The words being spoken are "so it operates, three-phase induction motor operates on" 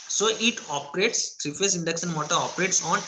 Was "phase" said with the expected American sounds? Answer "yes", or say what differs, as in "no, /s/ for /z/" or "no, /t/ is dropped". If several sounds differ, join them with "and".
no, /s/ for /z/